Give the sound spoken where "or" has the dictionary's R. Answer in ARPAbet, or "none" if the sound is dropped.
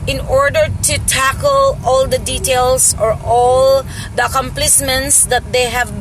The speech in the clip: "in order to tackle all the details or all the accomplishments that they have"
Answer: R